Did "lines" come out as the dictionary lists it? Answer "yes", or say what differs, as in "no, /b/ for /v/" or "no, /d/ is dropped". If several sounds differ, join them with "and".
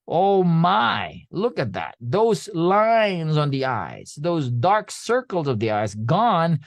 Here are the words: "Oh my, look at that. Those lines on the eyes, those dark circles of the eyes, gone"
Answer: yes